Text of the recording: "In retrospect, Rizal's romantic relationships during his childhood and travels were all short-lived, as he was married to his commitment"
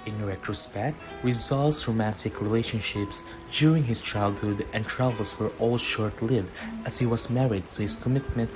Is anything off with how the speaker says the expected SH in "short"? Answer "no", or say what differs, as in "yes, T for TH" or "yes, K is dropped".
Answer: no